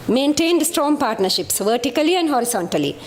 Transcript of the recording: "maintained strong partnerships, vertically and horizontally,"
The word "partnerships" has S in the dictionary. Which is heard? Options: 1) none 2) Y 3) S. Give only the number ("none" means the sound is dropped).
3